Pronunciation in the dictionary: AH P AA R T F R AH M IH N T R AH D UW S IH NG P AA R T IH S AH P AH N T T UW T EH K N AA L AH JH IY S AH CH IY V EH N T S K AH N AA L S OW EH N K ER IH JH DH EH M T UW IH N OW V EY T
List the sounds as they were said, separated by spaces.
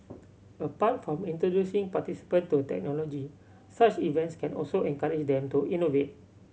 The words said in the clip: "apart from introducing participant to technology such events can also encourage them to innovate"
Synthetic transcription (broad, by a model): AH P AA T F R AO M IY N T R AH D UW S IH NG P AA T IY S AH P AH N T T UW T EH K N AA L AH JH IY S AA CH IY V EH N T S K AH N AA L S OW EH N K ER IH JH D EH M T UW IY N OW V EY T